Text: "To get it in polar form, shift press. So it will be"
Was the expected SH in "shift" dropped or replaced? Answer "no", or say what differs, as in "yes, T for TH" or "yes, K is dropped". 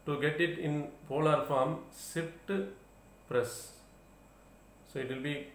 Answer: yes, S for SH